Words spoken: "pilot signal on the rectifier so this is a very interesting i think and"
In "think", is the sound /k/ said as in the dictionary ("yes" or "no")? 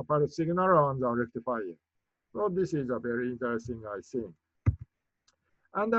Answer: no